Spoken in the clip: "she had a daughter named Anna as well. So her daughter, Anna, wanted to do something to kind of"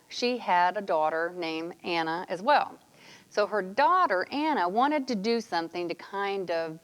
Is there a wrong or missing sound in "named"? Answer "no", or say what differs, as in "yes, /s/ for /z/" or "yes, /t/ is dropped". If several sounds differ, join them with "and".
yes, /d/ is dropped